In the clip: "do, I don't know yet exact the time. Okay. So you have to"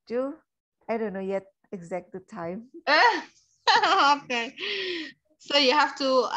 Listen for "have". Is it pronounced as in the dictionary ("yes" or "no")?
no